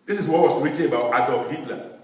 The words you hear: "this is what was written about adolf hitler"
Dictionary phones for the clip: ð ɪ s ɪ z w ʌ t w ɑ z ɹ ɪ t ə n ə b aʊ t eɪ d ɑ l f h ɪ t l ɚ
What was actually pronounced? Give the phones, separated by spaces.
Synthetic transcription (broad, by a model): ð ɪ s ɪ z w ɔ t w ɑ s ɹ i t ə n ə b aʊ t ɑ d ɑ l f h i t l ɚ